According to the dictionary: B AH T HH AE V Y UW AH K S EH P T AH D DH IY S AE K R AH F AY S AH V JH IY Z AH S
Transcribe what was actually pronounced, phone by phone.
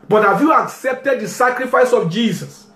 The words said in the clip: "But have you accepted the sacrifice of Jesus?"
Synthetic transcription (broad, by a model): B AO T HH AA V Y UW AH K S EH P T AH D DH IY S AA K R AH F AY S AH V JH IY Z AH S